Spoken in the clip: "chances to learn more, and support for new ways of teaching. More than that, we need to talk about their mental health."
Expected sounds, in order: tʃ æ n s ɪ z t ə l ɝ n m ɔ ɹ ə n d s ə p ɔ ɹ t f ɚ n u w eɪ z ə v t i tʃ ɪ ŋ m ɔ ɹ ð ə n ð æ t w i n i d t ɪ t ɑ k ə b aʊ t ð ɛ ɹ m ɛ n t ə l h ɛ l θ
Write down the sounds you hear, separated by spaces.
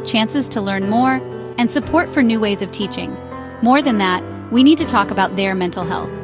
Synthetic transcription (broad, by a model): tʃ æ n s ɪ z t ə l ɝ n m ɔ ɹ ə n s ə p ɔ ɹ t f ɚ n u w eɪ z ə v t i tʃ ɪ ŋ m ɔ ɹ ð ə n ð æ t w i n i d t ɪ t ɑ k ə b aʊ t ð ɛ ɹ m ɛ n t l h ɛ l θ